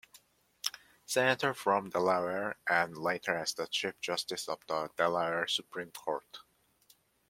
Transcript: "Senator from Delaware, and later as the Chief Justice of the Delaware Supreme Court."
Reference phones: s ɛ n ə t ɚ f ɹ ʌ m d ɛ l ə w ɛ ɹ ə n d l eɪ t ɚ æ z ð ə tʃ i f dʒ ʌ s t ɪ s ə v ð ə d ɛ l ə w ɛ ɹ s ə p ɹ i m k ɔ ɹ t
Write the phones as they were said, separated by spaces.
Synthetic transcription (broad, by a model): s ɛ n ə t ɚ f ɹ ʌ m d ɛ l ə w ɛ ɹ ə n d l eɪ t ɚ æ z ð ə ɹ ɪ p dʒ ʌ s t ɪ s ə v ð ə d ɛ l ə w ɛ ɹ s ə p ɹ i m k ɔ ɹ t